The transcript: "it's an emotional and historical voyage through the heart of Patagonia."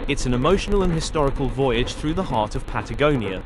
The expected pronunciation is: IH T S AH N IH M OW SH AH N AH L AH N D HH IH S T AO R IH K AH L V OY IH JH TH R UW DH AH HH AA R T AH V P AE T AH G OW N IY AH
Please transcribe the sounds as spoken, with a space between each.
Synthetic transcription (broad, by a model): IH T S AH N IH M OW SH AH N AH L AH N HH IH S T AO R IH K AH L V OY IH JH TH R UW DH AH HH AA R T AH V P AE T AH G OW N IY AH